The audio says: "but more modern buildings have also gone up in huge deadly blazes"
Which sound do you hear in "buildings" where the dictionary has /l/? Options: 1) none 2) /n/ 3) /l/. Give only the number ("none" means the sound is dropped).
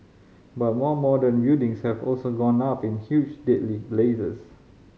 1